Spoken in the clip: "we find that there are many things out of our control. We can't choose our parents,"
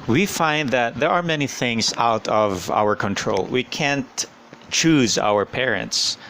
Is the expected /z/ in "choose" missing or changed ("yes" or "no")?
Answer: no